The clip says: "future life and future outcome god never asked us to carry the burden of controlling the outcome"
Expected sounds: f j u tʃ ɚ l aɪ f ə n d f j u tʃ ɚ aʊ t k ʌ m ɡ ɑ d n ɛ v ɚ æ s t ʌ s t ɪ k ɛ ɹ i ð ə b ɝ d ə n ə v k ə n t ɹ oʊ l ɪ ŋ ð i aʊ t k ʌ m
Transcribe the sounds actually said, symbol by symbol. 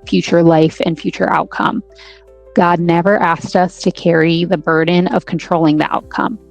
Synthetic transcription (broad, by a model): f j u tʃ ɚ l aɪ f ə n f j u tʃ ɚ aʊ t k ʌ m ɡ ɑ d n ɛ v ɚ æ s t ʌ s t ɪ k ɛ ɹ i ð ə b ɝ d n ə v k n t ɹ oʊ l ɪ ŋ ð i aʊ t k ʌ m